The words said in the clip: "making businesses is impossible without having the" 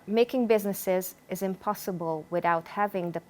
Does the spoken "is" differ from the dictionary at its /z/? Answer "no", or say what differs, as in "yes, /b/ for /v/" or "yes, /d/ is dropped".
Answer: no